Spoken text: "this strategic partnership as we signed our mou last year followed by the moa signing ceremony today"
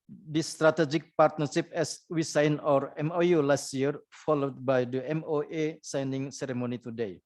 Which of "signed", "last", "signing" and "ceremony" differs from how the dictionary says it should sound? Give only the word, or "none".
signed